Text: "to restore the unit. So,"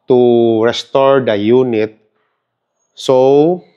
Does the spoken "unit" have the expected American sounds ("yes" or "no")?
yes